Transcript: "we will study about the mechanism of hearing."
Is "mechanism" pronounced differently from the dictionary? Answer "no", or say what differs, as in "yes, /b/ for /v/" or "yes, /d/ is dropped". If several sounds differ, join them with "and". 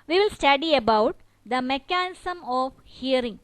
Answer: yes, /s/ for /z/